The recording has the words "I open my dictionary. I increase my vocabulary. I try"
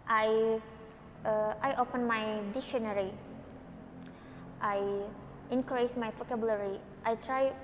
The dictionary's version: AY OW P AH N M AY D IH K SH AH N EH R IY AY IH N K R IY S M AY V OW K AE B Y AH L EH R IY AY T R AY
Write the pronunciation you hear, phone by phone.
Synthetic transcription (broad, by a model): AY OW P AH N M AY D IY K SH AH N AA R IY AY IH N K R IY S M AY P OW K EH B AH L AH R IY AY T R AY